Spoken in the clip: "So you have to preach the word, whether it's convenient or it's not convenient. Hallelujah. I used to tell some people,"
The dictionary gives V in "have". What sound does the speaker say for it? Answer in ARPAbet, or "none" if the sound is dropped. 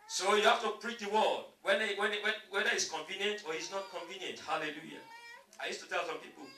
F